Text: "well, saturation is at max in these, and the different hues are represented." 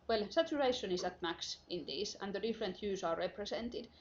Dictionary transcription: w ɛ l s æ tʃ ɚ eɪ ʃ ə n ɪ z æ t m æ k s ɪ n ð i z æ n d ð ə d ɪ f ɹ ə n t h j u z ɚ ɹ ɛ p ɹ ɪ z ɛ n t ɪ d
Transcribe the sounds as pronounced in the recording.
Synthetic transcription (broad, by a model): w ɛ l s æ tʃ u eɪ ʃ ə n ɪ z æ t m æ k s ɪ n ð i s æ n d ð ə d ɪ f ɹ ə n t j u s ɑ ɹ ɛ p ɹ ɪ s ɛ n t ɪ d